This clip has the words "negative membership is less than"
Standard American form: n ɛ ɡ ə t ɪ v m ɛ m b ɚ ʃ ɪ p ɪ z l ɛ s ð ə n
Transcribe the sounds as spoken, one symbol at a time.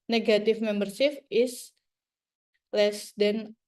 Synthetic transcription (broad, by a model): n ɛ ɡ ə t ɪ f m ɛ m b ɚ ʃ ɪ f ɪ s l ɛ s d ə n